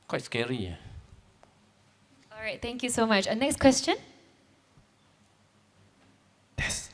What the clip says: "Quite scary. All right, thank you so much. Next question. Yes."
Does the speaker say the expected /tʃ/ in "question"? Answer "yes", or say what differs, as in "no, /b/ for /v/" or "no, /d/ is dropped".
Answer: yes